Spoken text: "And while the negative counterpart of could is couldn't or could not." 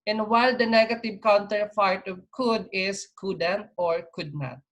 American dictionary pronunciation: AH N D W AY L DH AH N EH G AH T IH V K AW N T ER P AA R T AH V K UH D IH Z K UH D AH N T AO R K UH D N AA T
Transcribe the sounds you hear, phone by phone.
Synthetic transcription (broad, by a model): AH N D W AY L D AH N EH G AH T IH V K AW N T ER F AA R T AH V K UH D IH S K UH D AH N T AO R K UH D N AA T